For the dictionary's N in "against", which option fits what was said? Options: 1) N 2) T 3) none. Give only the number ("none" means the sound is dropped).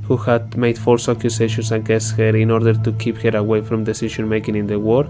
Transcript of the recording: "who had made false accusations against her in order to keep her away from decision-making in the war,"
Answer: 3